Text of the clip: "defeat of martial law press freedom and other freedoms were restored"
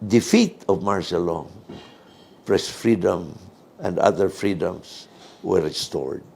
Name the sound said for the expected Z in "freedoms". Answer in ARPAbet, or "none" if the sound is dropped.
S